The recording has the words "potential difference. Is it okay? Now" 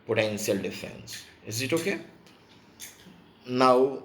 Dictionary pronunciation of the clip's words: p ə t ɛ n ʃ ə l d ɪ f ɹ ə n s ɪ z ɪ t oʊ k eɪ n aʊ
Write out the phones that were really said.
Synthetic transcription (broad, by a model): p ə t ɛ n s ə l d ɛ f ə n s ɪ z ɪ t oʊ k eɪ n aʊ